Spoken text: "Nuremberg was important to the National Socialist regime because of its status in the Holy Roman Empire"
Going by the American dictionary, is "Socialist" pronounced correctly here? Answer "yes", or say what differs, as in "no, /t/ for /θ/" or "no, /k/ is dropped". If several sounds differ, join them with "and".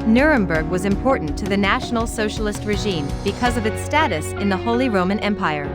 yes